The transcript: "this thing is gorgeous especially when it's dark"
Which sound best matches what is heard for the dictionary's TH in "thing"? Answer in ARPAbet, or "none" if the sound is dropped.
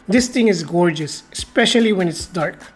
T